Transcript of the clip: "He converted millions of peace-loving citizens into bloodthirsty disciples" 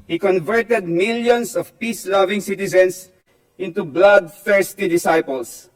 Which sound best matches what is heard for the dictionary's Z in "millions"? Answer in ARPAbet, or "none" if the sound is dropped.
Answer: S